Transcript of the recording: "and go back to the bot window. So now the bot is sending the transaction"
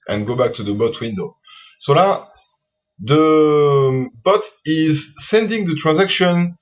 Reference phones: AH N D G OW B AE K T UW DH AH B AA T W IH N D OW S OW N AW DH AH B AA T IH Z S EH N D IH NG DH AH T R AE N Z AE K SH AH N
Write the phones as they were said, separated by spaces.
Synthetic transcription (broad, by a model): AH N G OW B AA K T UW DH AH B AA T W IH N D OW S OW L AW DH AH B AA T IH Z S EH N D IH NG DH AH T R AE N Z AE K SH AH N